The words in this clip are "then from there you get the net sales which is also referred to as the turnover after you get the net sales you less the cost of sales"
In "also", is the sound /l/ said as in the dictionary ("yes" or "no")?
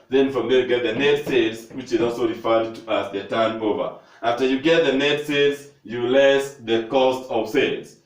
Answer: yes